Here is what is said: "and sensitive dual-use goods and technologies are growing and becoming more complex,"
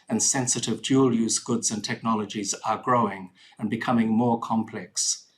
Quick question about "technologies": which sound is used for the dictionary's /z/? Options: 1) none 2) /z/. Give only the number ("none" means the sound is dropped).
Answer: 2